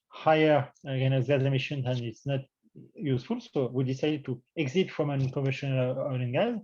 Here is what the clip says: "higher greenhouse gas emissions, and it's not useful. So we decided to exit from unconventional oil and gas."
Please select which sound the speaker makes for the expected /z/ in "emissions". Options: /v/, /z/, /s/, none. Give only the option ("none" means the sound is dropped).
none